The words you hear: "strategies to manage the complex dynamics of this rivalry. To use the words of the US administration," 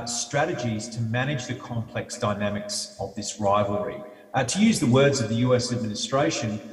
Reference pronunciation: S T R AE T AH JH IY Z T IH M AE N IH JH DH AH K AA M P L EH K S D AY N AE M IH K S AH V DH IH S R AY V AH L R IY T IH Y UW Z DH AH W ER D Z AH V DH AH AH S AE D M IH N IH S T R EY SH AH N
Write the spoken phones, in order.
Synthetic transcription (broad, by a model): S T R AE T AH JH IY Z T IH M AE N IH JH DH AH K AA M P L EH K S D AY N AE M IH K S AH V DH IH S R AY V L R IY T IH Y UW Z DH AH W ER D Z AH V DH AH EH S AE D M IH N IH S T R EY SH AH N